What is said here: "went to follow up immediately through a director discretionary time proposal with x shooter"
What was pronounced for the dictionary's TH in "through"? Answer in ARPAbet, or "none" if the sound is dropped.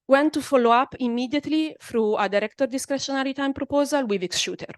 F